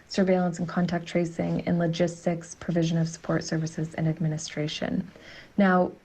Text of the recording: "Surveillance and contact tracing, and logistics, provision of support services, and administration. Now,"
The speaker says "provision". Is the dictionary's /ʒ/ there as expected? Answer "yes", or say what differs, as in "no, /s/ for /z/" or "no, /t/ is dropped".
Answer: yes